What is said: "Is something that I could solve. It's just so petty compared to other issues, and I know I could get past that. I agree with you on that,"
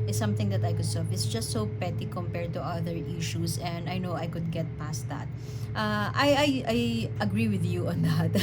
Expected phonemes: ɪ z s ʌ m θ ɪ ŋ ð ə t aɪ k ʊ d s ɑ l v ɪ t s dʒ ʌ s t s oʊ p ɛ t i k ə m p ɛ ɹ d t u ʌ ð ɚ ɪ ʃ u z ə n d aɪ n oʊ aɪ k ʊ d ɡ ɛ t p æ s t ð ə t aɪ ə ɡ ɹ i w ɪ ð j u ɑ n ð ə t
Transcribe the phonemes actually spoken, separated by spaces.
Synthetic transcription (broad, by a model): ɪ s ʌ m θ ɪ ŋ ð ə t aɪ k ʊ d s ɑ v ɪ t s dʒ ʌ s t s oʊ p ɛ t i k ə m p ɛ ɹ d t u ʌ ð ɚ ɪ ʃ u s ə n d aɪ n oʊ aɪ k ʊ d ɡ ɛ t p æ s t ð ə t aɪ ə ɡ ɹ i w ɪ ð j u ɑ n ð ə t